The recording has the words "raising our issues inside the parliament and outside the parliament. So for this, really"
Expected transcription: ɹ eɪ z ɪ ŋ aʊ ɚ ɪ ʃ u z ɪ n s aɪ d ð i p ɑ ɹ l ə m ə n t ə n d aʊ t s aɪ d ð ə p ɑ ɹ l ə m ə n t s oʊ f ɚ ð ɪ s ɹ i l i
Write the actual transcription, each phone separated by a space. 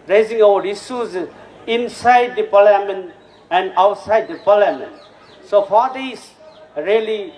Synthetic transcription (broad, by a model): ɹ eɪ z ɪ ŋ aʊ ɚ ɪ s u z ɪ n s aɪ d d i p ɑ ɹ l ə m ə n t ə n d aʊ t s aɪ d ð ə p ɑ l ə m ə n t s oʊ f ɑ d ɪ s ɹ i l i